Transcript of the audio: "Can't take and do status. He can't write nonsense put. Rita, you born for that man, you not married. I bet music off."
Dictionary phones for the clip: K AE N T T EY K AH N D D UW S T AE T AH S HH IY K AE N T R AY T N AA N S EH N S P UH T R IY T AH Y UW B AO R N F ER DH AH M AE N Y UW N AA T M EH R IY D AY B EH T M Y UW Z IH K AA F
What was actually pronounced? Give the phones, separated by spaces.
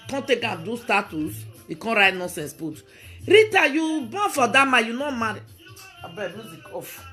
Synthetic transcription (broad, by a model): K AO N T T EY K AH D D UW S T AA T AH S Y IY K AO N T R AY T N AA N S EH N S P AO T R IY T AH Y UW B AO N F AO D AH M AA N Y UW N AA M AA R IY AY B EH M Y UW Z IH K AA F